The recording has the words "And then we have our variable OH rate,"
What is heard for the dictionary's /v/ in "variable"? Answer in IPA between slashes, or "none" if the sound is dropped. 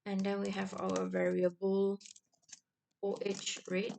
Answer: /v/